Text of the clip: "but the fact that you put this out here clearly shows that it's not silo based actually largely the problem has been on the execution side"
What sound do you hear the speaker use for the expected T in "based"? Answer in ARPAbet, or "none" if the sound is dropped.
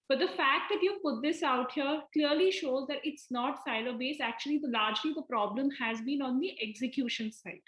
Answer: none